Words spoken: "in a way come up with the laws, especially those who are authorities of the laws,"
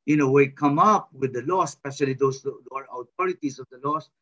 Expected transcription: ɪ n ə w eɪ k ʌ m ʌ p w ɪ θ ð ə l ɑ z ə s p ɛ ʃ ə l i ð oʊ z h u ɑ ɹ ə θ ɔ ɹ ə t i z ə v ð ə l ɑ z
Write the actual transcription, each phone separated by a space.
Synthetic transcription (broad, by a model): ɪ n ə w eɪ k ʌ m ʌ p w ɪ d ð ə l ɑ s p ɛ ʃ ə l i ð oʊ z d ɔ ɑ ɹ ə t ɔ ɹ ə t i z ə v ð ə l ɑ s